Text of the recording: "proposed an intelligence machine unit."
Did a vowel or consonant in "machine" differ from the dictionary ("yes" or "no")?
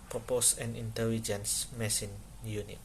yes